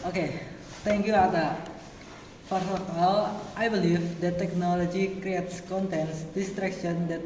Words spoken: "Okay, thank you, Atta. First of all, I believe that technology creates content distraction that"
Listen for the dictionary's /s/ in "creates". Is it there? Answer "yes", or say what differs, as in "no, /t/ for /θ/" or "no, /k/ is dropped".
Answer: yes